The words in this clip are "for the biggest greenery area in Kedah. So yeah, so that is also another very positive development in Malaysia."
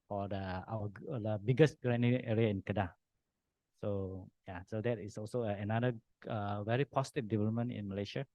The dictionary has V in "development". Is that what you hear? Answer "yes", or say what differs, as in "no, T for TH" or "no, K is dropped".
yes